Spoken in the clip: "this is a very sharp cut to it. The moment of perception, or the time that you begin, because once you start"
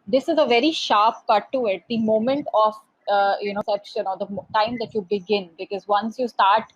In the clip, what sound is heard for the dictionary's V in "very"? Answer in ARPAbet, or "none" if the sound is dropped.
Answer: V